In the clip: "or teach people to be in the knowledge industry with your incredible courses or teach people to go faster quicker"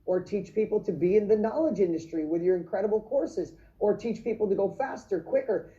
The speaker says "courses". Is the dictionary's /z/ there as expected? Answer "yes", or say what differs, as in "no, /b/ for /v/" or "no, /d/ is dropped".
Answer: yes